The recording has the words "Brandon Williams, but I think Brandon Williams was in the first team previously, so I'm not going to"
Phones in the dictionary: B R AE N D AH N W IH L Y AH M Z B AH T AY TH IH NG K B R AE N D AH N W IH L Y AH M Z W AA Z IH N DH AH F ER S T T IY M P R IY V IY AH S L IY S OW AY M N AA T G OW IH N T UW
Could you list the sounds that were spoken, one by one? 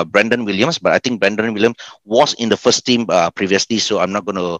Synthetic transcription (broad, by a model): B R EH N D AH N W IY L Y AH M S B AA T AY T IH NG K B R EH N D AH N W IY L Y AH M S W AA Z IH N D AH F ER S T T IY M P R IY V IY AH S L IY S OW AY M N AA T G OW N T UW